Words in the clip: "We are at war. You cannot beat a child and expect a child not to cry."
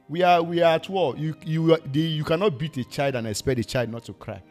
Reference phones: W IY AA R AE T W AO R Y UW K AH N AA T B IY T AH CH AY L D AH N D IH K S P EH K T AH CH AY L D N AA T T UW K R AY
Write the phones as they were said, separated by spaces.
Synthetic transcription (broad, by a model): W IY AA W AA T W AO L Y UW K AH N AA T B IY T AH CH AY L D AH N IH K S P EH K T AH CH AY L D N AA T T UW K R AY